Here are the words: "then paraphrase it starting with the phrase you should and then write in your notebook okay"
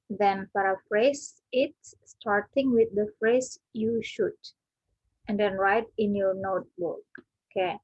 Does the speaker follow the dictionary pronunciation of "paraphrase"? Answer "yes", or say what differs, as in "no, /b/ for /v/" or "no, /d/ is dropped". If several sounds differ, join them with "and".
no, /f/ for /p/